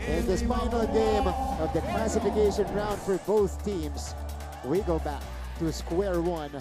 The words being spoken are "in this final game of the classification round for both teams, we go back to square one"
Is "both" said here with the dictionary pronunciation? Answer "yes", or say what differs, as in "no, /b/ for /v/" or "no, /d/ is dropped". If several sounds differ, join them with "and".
yes